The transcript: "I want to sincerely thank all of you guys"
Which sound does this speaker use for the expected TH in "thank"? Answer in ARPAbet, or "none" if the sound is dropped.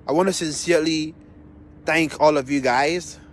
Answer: TH